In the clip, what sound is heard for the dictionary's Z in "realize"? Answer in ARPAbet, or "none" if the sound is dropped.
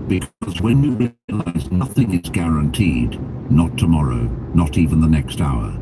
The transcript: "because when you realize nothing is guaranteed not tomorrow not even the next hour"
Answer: Z